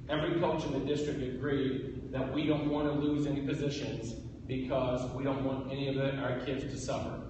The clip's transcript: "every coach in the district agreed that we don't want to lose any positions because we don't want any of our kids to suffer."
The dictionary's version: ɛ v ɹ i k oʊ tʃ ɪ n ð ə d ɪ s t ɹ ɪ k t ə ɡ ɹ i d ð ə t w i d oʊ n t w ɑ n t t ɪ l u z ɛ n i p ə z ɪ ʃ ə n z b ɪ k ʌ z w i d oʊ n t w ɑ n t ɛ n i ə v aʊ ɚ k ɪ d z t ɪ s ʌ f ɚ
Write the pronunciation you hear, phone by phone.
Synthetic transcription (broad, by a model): ɛ v ɹ i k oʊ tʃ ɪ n ð ə d ɪ s t ɹ ɪ k t ə ɡ ɹ i d ð ə t w i d oʊ n t w ɑ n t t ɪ l u z ɛ n i p ə z ɪ ʃ ə n z b ɪ k ʌ z w i d oʊ n t w ɑ n t ɛ n i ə v aʊ ɚ k ɪ d z t ɪ s ʌ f ɚ